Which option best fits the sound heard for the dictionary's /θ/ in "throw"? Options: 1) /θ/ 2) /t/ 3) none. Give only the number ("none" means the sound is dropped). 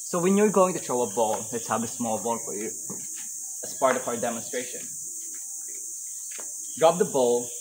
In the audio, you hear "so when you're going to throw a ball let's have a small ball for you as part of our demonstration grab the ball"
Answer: 2